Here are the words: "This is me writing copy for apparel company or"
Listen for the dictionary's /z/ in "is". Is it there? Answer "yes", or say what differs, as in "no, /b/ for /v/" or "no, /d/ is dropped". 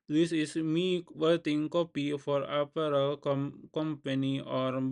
no, /s/ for /z/